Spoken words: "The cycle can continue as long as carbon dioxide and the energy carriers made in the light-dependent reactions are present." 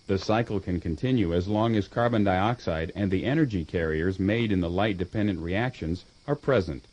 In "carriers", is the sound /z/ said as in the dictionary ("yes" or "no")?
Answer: yes